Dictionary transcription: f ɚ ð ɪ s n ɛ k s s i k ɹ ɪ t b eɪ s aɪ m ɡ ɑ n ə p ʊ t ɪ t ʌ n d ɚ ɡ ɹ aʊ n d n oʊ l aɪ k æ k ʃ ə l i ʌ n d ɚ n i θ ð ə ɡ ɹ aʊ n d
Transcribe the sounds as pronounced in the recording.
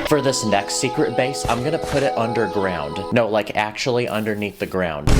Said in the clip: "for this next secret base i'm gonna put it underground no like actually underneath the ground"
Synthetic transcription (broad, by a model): f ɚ ð ɪ s n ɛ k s s i k ɹ ɪ t b eɪ s aɪ m ɡ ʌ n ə p ʊ t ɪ t ʌ n d ɚ ɡ ɹ aʊ n d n oʊ l aɪ k æ k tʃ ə l i ʌ n d ɚ n i θ ð ə ɡ ɹ aʊ n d